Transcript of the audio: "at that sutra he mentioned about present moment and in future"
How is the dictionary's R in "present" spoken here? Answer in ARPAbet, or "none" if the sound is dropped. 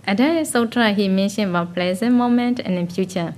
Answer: L